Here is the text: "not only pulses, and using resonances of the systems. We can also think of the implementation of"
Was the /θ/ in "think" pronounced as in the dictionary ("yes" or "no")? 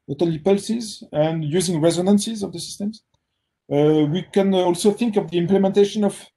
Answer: yes